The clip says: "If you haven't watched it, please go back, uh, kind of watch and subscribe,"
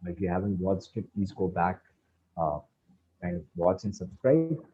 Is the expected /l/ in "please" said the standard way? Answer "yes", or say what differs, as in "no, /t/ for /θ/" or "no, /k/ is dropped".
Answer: no, /l/ is dropped